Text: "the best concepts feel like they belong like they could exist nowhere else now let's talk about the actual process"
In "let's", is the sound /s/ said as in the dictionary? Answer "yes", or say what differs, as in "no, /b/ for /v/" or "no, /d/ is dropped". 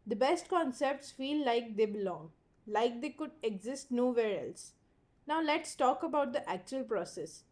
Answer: yes